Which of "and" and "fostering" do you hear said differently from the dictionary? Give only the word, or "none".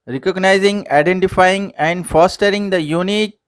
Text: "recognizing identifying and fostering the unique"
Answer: none